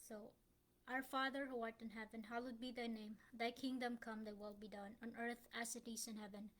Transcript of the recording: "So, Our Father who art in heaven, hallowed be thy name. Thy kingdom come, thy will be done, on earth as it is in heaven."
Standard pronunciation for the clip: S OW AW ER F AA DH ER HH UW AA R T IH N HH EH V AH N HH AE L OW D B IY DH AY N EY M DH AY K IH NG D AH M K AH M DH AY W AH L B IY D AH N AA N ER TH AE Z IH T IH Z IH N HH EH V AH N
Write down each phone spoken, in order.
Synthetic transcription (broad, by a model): S OW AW ER F AA DH ER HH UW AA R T IH N HH EH V AH N HH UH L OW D B IY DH AY N EY M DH AY K IH NG D AH M K AH M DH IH W AH L B IY D AH N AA N ER TH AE S IH T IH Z IH N HH EH V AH N